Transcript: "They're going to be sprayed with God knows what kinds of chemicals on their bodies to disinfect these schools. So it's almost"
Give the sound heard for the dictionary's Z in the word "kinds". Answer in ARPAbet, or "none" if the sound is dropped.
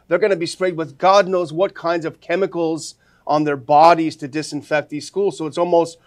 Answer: Z